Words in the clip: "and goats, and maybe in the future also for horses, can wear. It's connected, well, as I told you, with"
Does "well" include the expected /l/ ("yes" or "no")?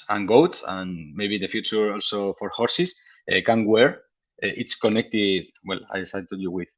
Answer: yes